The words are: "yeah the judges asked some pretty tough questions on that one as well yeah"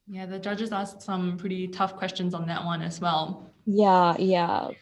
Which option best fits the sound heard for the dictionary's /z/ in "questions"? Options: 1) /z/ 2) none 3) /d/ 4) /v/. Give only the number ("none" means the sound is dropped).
1